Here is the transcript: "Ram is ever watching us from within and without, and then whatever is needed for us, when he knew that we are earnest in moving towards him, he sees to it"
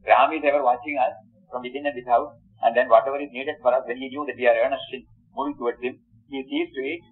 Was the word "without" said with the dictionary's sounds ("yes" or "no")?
no